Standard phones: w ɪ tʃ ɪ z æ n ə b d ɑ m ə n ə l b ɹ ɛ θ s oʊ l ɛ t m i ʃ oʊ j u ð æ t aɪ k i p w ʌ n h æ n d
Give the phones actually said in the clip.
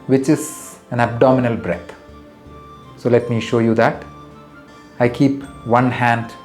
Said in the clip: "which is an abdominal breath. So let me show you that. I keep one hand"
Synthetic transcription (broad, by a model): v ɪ tʃ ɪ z æ n ə b d ɑ m ə n ə l b ɹ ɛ t s oʊ l ɛ t m i ʃ oʊ j u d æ t aɪ k i p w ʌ n h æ n d